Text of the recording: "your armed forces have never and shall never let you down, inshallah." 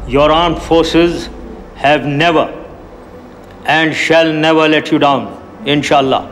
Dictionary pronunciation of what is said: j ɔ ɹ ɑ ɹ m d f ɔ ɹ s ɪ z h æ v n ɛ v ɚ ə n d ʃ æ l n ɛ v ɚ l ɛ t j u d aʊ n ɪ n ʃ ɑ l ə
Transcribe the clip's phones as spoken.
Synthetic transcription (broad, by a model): j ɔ ɹ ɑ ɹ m f ɔ ɹ s ɪ z h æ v n ɛ v ɚ ə n d ʃ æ l n ɛ v ɚ l ɛ t j u d aʊ n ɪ n ʃ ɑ l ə